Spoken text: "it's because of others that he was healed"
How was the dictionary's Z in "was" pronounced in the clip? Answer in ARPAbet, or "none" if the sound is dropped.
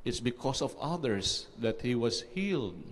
S